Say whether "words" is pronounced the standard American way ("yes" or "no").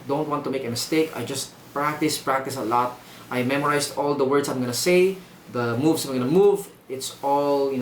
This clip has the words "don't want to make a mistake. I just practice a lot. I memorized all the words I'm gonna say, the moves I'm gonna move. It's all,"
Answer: no